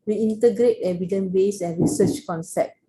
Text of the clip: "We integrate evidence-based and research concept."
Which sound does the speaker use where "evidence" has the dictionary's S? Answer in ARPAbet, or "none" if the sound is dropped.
none